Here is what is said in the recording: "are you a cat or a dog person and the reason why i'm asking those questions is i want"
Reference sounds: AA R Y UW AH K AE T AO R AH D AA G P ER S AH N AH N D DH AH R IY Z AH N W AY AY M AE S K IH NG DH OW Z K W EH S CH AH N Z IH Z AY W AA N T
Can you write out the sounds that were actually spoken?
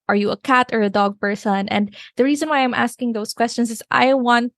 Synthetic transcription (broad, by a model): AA R Y UW AH K AE T AO R AH D AA G P ER S AH N AH N D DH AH R IY Z AH N W AY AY M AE S K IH NG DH OW S K W EH S CH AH N S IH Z AY W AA N T